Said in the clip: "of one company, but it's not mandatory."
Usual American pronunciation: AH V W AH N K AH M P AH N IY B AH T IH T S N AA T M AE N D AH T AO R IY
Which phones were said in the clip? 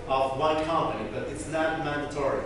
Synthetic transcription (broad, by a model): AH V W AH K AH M AH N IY B AH T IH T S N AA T M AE N D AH T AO R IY